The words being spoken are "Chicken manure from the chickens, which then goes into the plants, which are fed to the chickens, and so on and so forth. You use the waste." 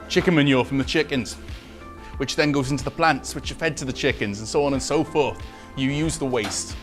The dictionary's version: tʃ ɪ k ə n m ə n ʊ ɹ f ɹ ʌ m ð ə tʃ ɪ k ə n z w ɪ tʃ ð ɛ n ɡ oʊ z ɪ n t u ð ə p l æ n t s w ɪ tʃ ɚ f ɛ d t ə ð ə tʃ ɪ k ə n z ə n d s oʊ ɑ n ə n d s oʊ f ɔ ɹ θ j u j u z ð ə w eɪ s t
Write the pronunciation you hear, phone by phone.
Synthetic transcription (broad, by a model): tʃ ɪ k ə m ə n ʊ f ɹ ʌ m ð ə tʃ ɪ k ə n z w ɪ tʃ ð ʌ n ɡ oʊ z ɪ n t u ð ə p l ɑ n t s w ɪ tʃ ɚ f ɛ d t ə ð ə tʃ ɪ k ə n z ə n s oʊ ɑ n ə n s oʊ f ɔ ɹ θ j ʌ j u z ð ə w eɪ s t